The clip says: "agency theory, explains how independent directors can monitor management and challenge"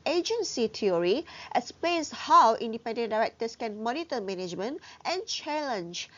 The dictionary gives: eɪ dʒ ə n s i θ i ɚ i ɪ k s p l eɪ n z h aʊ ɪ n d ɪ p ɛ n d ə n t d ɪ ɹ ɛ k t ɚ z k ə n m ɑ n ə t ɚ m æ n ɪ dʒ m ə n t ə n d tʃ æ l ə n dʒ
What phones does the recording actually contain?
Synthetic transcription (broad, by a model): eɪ dʒ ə n s i t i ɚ i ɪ s p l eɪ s h aʊ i n d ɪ p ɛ n d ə n d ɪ ɹ ɛ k t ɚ s k ə n m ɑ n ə t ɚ m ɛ n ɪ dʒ m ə n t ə n tʃ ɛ l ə n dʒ